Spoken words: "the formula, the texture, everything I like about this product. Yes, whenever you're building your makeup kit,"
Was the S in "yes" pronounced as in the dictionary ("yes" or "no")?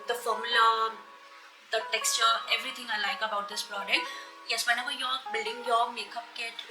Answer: yes